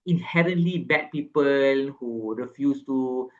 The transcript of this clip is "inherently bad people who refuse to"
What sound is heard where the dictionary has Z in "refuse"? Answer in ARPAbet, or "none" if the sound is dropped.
S